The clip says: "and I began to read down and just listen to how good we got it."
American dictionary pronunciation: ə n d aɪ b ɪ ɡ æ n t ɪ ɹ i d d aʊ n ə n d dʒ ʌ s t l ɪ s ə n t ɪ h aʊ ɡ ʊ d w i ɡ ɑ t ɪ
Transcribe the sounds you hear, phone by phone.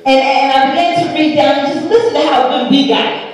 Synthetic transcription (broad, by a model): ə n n aɪ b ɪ ɡ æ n t ɪ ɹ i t d aʊ n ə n dʒ ʌ s t l ɪ s ə n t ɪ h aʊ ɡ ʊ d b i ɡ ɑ ɪ